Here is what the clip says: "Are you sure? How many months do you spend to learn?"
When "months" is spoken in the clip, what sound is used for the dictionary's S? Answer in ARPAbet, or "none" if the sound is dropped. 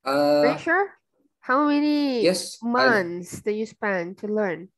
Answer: S